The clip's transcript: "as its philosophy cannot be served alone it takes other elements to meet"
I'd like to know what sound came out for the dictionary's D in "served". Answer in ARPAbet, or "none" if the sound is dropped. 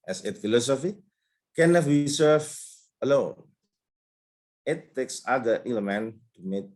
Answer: none